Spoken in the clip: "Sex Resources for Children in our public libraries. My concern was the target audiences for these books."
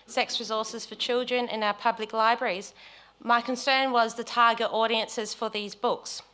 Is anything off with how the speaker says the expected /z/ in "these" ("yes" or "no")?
no